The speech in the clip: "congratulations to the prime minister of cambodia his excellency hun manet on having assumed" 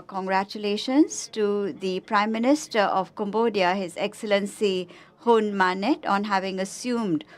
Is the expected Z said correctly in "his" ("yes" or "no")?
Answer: yes